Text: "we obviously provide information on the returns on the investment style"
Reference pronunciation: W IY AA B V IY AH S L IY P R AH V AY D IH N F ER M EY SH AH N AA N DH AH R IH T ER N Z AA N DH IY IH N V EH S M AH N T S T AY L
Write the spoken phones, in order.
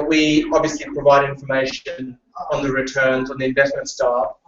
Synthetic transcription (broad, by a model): W IY AA B V IY AH S L IY P R AH V AY D IH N F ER M EY SH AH N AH N DH AH R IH T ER N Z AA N DH IY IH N V EH S M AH N T S T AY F